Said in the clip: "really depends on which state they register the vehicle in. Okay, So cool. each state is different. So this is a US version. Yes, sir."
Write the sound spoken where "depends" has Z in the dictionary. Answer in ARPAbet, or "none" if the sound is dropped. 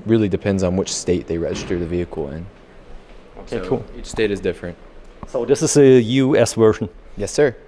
Z